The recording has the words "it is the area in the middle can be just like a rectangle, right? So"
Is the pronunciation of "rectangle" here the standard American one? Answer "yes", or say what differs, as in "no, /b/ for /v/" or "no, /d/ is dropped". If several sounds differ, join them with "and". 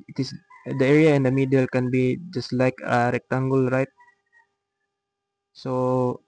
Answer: yes